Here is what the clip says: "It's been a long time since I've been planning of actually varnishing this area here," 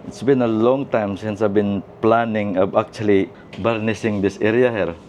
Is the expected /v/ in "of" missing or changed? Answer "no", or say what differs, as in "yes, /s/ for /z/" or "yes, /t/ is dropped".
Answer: yes, /b/ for /v/